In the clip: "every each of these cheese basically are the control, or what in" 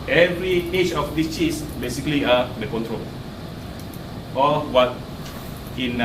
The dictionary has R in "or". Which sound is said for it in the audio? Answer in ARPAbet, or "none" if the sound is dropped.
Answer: L